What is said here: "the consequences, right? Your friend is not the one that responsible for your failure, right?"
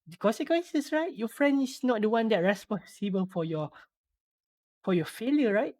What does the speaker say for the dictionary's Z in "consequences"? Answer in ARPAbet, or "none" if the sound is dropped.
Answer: S